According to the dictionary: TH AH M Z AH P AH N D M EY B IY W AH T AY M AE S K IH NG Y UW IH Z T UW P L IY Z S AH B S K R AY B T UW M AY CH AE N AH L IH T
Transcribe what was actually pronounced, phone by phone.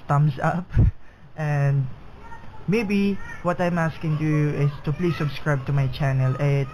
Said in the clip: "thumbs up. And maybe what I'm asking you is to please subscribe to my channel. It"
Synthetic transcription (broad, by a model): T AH M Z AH P AH N D M EY B IY W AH T AY M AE S K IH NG Y UW IH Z T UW P L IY S AH B S K R AY B T UW M AY CH AE N AH L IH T